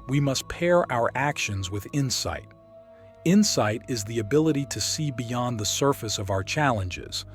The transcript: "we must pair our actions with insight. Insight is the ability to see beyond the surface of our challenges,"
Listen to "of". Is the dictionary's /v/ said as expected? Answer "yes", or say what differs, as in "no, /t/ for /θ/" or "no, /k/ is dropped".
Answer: yes